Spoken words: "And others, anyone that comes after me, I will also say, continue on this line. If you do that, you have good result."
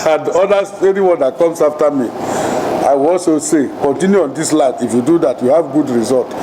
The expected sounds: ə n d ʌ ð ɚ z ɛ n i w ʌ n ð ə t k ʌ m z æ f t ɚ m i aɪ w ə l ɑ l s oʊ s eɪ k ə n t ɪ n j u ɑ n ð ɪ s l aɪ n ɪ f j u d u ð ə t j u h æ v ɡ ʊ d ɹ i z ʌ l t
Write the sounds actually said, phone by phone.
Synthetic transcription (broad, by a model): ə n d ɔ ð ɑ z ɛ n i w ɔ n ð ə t k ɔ m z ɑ f t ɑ m i aɪ w ə l ɑ l s oʊ s eɪ k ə n t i n j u ɑ n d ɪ s l aɪ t ɪ f j u d u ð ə t j u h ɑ v ɡ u d ɹ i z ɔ l t